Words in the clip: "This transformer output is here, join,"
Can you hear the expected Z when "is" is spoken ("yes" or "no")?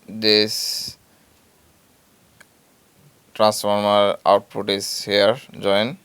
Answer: no